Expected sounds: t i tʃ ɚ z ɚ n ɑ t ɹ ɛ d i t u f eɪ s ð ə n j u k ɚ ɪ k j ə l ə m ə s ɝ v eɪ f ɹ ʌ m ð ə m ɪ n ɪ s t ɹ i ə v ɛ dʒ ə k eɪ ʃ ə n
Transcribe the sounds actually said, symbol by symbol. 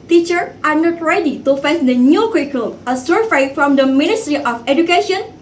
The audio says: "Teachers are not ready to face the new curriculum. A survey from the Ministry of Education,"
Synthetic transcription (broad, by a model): t i tʃ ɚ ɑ n ɑ t ɹ ɛ d i t u f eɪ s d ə n j u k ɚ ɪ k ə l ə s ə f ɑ ɪ f ɹ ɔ m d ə m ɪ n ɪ s t ɹ i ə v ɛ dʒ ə k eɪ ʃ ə n